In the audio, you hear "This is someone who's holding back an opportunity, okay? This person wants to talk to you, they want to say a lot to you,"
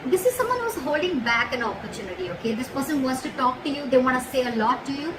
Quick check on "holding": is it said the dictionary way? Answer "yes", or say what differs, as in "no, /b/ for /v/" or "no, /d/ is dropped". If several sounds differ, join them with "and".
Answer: yes